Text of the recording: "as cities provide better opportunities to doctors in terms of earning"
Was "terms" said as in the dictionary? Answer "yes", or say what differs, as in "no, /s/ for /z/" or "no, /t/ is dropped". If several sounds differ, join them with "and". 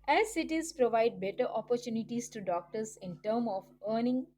no, /z/ is dropped